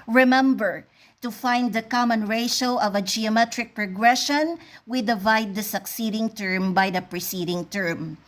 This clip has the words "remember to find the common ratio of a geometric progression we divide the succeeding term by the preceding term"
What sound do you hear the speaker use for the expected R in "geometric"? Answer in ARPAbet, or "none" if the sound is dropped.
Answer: R